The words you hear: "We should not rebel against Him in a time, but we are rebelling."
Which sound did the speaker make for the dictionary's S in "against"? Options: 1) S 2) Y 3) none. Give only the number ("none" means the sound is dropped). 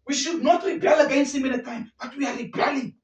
1